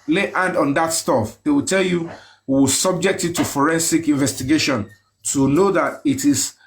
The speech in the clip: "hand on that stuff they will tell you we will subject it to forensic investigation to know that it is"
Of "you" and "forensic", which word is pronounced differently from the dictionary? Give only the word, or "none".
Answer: none